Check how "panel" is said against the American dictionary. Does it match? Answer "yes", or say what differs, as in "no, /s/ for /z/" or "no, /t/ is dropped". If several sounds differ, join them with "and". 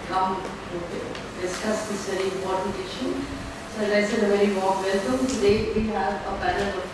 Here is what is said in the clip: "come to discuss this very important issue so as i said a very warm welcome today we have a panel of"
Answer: no, /b/ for /p/